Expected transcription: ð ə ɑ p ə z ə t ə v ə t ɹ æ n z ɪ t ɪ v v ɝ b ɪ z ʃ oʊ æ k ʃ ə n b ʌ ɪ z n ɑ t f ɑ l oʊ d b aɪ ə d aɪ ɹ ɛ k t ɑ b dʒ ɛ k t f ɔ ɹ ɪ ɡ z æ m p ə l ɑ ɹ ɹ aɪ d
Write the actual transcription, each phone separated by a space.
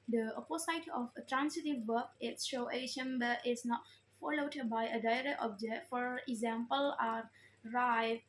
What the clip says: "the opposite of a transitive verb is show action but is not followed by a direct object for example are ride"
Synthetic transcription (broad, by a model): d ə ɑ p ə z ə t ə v ə t ɹ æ n s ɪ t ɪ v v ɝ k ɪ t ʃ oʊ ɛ ʃ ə n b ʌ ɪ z n ɑ t f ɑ l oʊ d b aɪ ə d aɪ ɹ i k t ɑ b dʒ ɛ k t f ɔ ɹ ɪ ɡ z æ m p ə l ɑ ɹ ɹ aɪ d